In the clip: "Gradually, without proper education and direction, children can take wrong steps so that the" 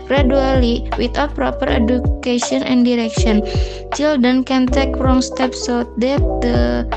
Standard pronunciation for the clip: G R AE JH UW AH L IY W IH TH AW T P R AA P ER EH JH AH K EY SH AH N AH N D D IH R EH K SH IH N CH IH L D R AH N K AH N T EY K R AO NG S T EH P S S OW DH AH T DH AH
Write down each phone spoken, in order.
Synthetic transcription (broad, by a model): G R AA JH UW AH L IY W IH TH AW T P R AA P ER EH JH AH K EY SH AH N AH N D D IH R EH K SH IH N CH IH L D AH N K AH N T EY K R AO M S T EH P S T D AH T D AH